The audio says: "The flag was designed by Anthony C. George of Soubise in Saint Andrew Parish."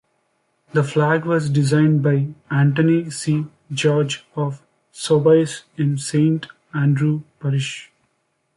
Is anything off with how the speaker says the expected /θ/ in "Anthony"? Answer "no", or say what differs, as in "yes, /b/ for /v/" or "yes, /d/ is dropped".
yes, /t/ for /θ/